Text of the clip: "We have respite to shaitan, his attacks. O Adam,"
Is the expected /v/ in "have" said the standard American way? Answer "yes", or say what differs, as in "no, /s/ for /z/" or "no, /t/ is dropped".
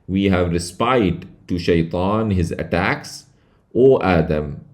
yes